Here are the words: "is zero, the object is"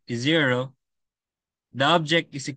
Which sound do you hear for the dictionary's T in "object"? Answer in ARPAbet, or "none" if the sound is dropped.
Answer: T